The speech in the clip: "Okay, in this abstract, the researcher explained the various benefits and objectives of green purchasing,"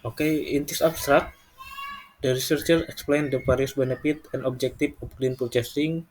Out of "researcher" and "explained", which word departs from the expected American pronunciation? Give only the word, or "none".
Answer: none